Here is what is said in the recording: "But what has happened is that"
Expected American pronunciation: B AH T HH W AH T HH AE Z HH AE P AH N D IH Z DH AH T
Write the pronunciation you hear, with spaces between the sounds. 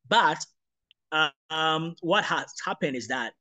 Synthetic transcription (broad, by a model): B AH T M W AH T HH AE S HH AE P AH N D IH Z DH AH T